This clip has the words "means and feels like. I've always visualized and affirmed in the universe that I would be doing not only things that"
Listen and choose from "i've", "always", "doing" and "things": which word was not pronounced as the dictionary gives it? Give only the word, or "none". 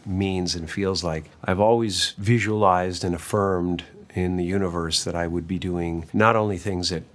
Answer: none